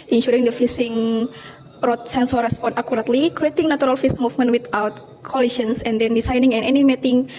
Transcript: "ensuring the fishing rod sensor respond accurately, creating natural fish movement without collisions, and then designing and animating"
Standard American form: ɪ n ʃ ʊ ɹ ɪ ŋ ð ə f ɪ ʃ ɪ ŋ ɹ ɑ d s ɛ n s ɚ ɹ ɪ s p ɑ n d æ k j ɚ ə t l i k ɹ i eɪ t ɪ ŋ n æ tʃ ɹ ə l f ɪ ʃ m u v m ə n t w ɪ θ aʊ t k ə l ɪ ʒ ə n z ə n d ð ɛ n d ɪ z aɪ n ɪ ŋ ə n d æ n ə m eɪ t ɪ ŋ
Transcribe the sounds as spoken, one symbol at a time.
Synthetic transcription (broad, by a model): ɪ n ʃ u ɹ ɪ ŋ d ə f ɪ s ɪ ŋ ɹ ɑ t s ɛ n s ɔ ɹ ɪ s p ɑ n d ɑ k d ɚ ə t l i k ɹ i eɪ t ɪ ŋ n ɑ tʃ ɹ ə l f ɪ s m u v m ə n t w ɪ t aʊ t k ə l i s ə n s ə n d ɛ n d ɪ s aɪ n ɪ ŋ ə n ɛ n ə m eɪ t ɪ ŋ